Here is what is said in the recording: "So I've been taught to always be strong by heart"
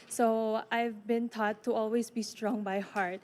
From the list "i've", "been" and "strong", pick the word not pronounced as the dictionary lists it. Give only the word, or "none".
none